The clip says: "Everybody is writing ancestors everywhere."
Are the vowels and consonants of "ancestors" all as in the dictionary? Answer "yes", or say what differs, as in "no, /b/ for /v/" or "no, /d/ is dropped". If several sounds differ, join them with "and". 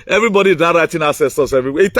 no, /n/ is dropped and /s/ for /z/